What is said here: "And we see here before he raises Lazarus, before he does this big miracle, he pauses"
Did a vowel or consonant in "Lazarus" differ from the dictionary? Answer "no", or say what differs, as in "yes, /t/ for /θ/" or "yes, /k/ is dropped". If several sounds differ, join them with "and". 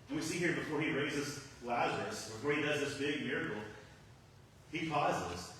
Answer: no